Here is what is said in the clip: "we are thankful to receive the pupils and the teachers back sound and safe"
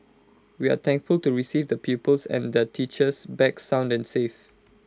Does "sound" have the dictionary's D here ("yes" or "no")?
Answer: yes